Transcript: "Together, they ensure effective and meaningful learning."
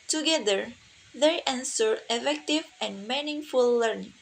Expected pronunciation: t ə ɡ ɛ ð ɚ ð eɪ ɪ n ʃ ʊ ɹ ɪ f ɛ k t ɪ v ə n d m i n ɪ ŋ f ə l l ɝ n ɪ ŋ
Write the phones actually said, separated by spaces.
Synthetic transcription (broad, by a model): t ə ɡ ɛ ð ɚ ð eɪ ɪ n s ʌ ɹ ɪ f ɛ k t ɪ v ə n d m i n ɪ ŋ f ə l l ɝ n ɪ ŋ